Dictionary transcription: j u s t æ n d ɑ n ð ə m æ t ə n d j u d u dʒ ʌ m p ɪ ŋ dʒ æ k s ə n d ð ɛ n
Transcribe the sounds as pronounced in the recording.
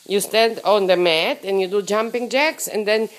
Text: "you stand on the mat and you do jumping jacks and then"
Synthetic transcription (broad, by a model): j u s t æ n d ɑ n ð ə m æ t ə n j u d u dʒ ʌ m p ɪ ŋ dʒ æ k s ə n d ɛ n